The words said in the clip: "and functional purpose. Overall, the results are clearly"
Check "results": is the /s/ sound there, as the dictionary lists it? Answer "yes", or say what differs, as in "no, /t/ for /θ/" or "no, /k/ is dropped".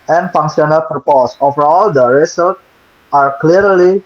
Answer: no, /s/ is dropped